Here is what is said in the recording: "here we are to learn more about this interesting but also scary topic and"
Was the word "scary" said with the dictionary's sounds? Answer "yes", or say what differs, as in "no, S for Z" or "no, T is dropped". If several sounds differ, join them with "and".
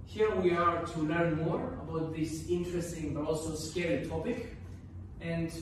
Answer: no, R is dropped